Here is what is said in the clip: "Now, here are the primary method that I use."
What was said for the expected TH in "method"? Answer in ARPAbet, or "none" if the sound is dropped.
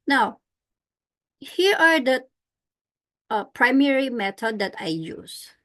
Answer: T